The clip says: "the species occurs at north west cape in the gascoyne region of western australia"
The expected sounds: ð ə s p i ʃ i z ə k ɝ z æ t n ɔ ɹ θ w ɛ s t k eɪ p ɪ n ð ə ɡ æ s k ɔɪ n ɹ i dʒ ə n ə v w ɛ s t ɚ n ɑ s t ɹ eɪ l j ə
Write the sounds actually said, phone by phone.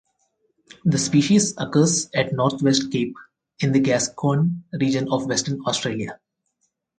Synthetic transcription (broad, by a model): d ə s p i ʃ i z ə k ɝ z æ t n ɔ ɹ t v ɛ s t k eɪ p ɪ n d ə ɡ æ s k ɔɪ n ɹ i dʒ ə n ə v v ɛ s t ɚ n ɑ s t ɹ eɪ l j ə